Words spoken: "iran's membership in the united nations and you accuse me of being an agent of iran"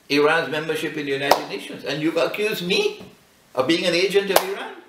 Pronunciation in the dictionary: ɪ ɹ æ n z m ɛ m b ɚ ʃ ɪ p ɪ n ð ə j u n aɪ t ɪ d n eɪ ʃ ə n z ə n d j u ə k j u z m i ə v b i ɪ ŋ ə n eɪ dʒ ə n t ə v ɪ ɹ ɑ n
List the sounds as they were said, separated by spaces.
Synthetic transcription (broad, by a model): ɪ ɹ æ n z m ɛ m b ɚ ʃ ɪ p ɪ n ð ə j u n aɪ t ɪ d n eɪ ʃ ə n z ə n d j u ə k j u z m i ə v b i ɪ ŋ ə n eɪ dʒ ə n t ə v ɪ ɹ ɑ n